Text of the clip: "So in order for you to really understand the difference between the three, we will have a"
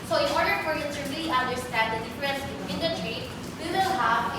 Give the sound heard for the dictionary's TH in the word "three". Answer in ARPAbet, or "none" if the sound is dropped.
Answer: T